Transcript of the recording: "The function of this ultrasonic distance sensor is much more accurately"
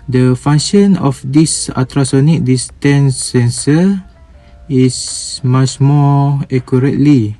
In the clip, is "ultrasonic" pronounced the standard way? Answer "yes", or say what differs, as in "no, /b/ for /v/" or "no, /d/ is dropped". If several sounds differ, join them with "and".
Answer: no, /l/ is dropped